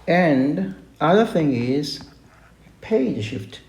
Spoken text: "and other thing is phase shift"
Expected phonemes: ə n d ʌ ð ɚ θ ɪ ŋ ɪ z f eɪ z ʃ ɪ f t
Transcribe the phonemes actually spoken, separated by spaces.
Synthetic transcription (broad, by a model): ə n d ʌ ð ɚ θ ɪ ŋ ɪ z p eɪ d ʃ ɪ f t